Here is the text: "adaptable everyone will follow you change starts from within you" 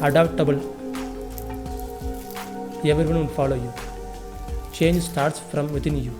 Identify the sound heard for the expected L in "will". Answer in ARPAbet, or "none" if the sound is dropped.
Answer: N